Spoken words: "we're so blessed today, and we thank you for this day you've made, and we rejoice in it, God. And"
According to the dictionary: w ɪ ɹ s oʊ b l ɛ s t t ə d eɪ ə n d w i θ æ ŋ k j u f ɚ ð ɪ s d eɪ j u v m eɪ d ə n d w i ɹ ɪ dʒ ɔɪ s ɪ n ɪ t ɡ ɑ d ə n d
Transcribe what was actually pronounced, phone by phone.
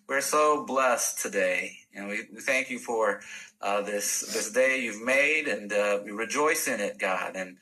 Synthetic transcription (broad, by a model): w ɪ ɹ s oʊ b l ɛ s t t ə d eɪ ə n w w i θ æ ŋ k j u f ɚ ð ɪ s d eɪ j u v m eɪ d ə n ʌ w i ɹ ɪ dʒ ɔɪ s ɪ n ɪ t ɡ ɑ d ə n